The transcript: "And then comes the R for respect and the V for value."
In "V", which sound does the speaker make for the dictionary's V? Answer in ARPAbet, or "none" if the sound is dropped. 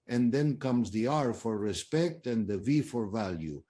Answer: V